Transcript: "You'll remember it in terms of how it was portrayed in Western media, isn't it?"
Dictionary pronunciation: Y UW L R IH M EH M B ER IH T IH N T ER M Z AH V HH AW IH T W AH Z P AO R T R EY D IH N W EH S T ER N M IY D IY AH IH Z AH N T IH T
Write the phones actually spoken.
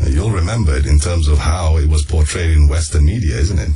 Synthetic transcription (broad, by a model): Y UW L R IH M EH M B ER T IH N T ER M Z AH V HH AW IH T W AH Z P AO R T R EY D IH N W EH S T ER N M IY D IY AH IH Z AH N T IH T